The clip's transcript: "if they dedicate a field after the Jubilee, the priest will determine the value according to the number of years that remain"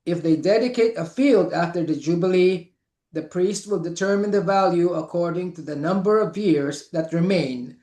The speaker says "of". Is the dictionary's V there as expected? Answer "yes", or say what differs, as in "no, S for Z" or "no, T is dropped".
yes